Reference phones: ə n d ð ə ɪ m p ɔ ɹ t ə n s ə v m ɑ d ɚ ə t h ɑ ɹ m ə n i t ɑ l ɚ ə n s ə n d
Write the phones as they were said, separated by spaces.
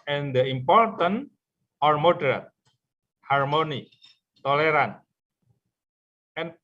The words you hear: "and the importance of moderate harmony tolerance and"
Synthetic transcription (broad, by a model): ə n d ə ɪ m p ɔ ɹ t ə n ə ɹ m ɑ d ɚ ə t h ɑ ɹ m ə n i t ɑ l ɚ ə n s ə n